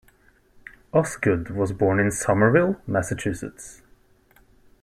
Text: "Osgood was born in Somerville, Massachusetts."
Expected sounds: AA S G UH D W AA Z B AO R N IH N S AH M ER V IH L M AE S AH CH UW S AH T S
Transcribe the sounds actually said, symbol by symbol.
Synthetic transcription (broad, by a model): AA S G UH D W AA Z B AO R N IH N S AH M ER V IH L M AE S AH CH UW S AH T S